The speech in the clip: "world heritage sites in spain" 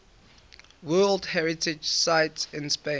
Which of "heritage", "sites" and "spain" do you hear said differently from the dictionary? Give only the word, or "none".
spain